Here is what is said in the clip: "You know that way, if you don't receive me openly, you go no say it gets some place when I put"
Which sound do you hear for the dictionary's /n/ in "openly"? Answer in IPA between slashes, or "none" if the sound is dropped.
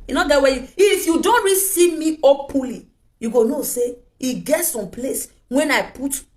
none